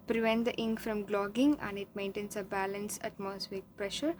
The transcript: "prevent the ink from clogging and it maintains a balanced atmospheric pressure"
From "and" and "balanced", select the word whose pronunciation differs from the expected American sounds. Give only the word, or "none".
balanced